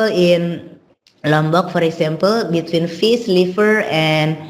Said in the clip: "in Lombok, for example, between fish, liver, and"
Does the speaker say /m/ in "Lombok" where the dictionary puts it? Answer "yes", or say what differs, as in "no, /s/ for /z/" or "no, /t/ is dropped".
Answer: yes